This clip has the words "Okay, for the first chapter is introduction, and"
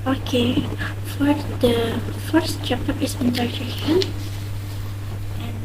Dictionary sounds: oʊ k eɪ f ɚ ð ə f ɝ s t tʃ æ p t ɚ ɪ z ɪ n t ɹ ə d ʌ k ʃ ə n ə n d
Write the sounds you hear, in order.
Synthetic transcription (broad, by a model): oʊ k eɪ f ɚ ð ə f ɝ s t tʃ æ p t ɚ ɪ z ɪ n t ə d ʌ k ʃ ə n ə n